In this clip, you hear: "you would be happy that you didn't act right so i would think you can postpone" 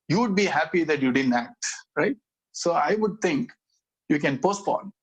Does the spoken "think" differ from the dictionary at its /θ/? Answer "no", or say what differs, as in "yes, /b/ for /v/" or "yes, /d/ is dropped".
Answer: yes, /t/ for /θ/